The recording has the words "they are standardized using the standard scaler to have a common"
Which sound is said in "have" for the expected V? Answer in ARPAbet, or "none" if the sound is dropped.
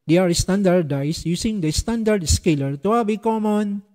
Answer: B